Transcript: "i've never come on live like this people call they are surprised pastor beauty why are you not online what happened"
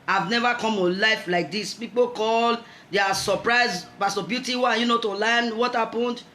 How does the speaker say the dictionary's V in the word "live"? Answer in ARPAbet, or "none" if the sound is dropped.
F